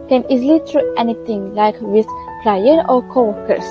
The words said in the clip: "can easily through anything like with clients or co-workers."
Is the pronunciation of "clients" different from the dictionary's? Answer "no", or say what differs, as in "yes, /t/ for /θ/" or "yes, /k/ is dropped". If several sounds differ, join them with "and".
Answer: yes, /n/ is dropped and /s/ is dropped